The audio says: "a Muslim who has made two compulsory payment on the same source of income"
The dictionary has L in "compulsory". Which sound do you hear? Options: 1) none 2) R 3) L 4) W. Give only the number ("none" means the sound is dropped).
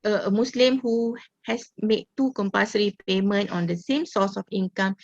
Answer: 1